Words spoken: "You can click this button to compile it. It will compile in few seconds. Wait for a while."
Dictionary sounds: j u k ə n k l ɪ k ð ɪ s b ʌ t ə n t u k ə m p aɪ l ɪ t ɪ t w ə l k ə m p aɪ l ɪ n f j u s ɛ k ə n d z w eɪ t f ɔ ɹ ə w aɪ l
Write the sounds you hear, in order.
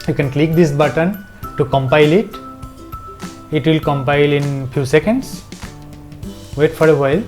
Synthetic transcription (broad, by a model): j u k ə n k l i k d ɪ s b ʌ t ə n t u k ə m p aɪ l ɪ t ɪ t w ə l k ə m p aɪ l ɪ n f j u s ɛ k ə n d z w eɪ t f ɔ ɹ ə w aɪ l